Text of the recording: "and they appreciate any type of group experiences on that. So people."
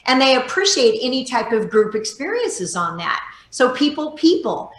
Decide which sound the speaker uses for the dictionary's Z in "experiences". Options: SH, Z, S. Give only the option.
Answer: Z